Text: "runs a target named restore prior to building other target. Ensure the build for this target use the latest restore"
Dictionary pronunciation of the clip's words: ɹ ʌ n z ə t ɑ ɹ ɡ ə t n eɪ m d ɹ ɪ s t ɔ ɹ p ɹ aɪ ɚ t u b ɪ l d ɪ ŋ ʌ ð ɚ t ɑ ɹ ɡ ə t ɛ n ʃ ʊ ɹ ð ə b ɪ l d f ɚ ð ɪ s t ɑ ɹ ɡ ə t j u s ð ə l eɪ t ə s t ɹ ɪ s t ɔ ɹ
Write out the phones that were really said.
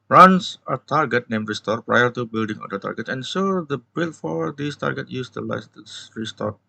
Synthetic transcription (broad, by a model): ɹ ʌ n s ə t ɑ ɹ ɡ ə t n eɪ m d ɹ ɪ s t ɔ ɹ p ɹ aɪ ɚ t u b ɪ l d ɪ ŋ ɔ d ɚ t ɑ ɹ ɡ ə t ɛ n s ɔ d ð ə b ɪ l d f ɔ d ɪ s t ɑ ɹ ɡ ə t j u s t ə l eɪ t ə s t ɹ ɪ s t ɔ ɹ